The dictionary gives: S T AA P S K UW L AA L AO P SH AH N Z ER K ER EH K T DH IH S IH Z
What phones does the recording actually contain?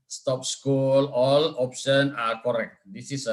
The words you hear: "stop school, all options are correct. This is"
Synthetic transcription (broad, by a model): S T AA P S K UW L AA L AO P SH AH N AA K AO EH K T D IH S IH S